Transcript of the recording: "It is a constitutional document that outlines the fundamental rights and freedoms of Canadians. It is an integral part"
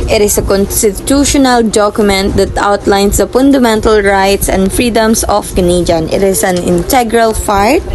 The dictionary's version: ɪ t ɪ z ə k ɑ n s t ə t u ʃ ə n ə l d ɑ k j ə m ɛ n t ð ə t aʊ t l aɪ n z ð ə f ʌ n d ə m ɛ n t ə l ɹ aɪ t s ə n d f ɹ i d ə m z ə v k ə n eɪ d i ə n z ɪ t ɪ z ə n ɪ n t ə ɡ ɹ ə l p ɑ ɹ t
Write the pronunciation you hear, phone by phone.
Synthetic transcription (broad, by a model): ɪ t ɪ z ə k ɑ n s t ə t u ʃ ə n ə l d ɑ k j ə m ɛ n t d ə t aʊ t l aɪ n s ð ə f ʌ n d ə m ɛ n t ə l ɹ aɪ t s ə n d f ɹ i d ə m s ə f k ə n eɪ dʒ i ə n ɪ t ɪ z ə n ɪ n t ə ɡ ɹ ə l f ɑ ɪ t